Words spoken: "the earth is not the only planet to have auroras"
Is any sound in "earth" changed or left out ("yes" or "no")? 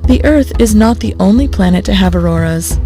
no